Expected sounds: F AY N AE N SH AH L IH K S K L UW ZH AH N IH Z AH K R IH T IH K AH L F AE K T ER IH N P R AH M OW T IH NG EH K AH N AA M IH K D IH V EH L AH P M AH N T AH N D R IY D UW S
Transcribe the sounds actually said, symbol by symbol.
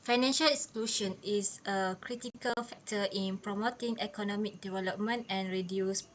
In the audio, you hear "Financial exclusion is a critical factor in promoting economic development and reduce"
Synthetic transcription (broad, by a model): F AY N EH N SH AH L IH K S K L UW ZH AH N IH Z AH K R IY T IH K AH L F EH K T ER IH N P R AH M OW T IH NG EH K AH N AA M IH K D IH V EH L AH P M AH N T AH N R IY D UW S